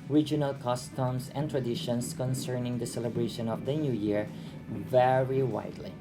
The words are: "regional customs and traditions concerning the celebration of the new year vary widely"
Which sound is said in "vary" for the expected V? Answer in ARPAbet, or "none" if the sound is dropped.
V